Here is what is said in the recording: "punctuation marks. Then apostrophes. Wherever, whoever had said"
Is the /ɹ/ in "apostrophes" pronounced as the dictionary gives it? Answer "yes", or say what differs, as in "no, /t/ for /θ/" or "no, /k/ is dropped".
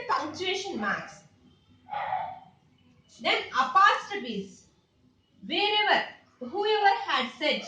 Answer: no, /ɹ/ is dropped